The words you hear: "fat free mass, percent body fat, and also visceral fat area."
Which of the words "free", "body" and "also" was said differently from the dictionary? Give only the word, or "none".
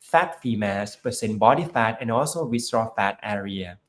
free